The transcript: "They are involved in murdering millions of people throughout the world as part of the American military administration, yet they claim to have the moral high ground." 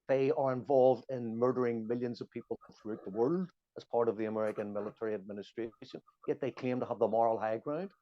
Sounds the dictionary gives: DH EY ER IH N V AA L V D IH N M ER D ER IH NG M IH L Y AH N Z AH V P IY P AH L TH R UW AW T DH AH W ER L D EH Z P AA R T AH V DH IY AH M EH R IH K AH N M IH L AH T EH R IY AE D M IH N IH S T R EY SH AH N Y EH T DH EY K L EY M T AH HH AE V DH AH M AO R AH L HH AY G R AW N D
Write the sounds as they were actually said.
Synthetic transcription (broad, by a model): DH EY ER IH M V AA L V D IH N M ER D ER IH NG M IH L Y AH N Z AH V P IY P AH TH R UW AW T DH AH W ER L D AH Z P AA R T AH V DH IY AH M EH R IH K AH N M IH L AH T EH R IY AE D M IH N IH S T R EY SH AH N Y EH T DH EY K EY M T AH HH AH V DH AH M AO R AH L HH AY G R AW N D